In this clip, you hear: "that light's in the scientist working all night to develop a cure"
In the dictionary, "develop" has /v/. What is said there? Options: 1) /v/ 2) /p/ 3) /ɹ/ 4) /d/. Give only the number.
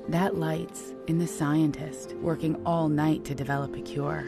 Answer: 1